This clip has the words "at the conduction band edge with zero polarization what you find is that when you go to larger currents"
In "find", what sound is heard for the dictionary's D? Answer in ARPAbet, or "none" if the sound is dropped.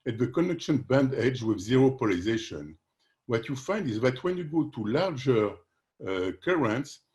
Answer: D